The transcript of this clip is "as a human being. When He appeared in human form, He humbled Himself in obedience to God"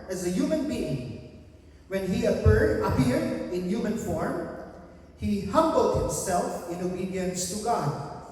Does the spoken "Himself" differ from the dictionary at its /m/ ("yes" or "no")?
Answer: no